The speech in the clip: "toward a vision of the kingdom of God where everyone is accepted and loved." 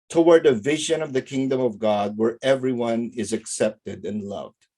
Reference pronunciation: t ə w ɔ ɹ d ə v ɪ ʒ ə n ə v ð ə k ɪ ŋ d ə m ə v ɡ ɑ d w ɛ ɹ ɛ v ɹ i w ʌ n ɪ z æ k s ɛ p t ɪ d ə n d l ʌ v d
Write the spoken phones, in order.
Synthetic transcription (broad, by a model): t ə w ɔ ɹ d ə v ɪ ʒ ə n ə v ð ə k ɪ ŋ d ə m ə v ɡ ɑ d w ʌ ɹ ɛ v ɹ i w ʌ n ɪ z æ k s ɛ p t ɪ d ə n l ʌ v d